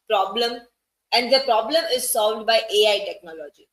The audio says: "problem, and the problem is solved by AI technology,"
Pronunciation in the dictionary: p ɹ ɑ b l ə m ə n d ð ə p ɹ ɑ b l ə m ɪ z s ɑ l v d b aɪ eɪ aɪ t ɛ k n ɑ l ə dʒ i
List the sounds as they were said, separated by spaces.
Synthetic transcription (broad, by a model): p ɹ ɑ b l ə m ə n d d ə p ɹ ɑ b l ə m ɪ z s ɑ l v d b aɪ eɪ aɪ t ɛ k n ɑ l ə dʒ i